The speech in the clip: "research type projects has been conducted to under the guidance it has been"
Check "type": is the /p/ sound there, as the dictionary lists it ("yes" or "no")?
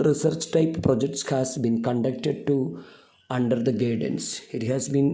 yes